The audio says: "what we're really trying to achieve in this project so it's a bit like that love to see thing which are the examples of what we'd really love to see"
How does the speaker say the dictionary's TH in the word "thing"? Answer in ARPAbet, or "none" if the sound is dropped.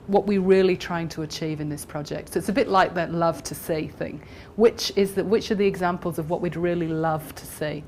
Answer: TH